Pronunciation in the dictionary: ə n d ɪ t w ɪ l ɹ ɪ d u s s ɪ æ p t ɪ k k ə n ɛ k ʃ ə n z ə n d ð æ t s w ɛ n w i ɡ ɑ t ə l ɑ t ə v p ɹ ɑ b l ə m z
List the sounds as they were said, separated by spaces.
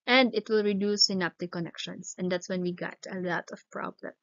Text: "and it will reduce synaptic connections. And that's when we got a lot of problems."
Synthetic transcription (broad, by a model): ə n d ɪ t w ɪ l ɹ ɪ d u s s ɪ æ p t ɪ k k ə n ɛ k ʃ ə n s ə n d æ t s w ɛ n w i ɡ ɑ t ə l ɑ t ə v p ɹ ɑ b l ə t